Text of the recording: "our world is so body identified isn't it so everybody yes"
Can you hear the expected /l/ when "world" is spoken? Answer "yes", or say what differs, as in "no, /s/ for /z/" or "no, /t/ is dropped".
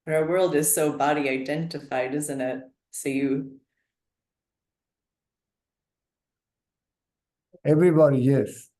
yes